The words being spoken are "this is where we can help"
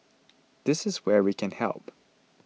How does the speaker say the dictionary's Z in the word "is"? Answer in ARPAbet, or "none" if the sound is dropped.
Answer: Z